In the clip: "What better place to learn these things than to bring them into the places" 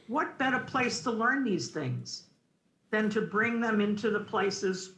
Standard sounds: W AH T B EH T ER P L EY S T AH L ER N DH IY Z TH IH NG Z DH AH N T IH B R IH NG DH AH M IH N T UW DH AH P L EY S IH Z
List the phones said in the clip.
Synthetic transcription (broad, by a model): W AH T B EH T ER P L EY S T AH L ER N DH IY Z TH IH NG Z DH AH N T IH B R IH NG DH AH M IH N T UW DH AH P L EY S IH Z